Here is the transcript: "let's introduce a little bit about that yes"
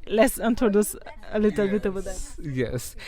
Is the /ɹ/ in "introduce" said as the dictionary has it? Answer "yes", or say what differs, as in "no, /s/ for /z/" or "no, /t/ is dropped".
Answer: no, /ɹ/ is dropped